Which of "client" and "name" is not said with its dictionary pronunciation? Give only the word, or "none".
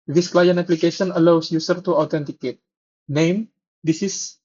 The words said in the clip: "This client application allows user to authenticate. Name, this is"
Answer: client